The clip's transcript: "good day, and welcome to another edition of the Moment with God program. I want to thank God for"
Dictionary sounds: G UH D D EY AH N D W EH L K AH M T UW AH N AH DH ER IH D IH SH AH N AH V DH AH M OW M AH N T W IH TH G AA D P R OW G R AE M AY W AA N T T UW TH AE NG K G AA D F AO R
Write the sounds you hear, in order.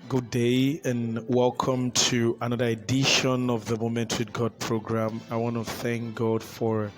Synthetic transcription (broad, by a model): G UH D D EY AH N W EH L K AH M T UW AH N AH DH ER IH D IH SH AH N AH V DH AH M OW M AH N T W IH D G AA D P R OW G R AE M AY W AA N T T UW TH AE NG K G AA D F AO R